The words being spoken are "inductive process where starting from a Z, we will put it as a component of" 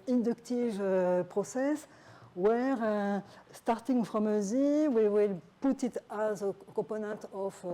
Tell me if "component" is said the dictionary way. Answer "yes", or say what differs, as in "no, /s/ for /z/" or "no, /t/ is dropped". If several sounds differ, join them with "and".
no, /m/ is dropped